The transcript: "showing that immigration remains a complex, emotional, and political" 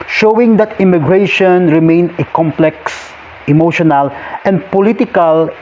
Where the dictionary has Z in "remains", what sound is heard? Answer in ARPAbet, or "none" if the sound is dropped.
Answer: none